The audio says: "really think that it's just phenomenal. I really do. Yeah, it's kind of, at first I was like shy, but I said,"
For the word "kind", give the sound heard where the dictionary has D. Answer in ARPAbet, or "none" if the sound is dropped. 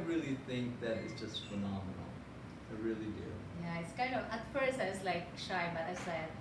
none